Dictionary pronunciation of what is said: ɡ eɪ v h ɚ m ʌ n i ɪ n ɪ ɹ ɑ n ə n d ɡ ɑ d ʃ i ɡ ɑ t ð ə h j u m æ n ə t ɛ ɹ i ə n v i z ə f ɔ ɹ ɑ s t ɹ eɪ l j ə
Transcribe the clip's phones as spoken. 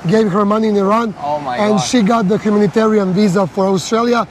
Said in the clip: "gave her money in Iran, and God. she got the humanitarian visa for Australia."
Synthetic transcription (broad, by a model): ɡ eɪ v h ɚ m ʌ n i ɪ n ɪ ɹ ɑ n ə n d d ʃ i ɡ ɑ t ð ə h j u m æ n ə t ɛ ɹ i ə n v i z ə f ɔ ɹ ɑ s t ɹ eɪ l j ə